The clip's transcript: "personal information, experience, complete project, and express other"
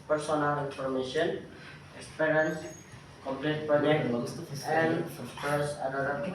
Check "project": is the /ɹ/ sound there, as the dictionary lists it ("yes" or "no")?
no